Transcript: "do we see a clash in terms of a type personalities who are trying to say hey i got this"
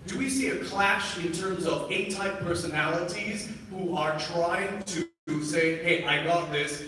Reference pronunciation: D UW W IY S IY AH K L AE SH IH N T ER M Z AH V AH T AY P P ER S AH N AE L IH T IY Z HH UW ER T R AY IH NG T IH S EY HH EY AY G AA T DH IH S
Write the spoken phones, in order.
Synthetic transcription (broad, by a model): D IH W IY S IY AH K L AE SH IH N T ER M Z AH V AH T AY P P ER S AH N AE L IH T IY Z HH UW ER T R AY IH NG T IH S EY HH EY AY G AA T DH IH S